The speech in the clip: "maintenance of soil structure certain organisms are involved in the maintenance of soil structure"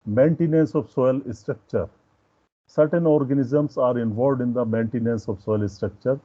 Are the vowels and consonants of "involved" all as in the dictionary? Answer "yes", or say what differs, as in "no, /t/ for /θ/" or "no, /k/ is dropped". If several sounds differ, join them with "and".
yes